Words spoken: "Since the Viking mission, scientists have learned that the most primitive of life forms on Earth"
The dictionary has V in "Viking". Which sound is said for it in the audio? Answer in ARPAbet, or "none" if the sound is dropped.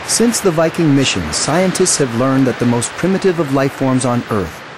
V